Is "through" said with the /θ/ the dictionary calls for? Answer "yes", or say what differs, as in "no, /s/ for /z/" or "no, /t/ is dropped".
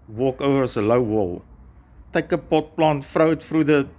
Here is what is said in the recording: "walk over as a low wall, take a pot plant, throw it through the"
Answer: no, /f/ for /θ/